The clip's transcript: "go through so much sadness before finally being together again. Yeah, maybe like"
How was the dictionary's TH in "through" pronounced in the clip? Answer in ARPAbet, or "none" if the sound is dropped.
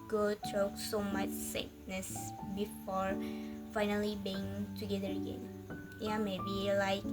T